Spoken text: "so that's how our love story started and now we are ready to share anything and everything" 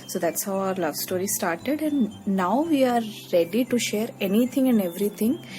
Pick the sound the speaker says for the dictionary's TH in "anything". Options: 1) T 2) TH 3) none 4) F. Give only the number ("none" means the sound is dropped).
1